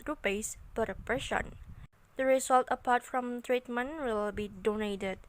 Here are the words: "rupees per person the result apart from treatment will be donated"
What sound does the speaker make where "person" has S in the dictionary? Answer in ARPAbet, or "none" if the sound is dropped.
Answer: SH